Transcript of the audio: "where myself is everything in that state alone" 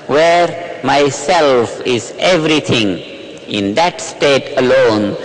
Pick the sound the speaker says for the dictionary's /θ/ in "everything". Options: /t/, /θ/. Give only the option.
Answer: /t/